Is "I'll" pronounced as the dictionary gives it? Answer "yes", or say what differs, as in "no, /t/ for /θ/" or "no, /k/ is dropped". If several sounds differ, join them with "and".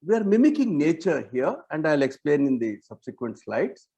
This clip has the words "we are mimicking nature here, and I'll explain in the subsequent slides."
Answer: yes